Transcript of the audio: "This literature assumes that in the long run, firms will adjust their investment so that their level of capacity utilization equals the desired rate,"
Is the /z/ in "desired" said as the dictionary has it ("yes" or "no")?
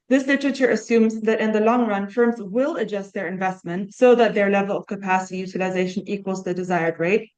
yes